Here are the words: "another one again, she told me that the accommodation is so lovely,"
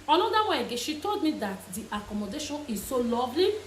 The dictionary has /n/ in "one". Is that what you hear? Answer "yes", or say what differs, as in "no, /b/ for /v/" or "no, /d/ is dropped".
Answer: no, /n/ is dropped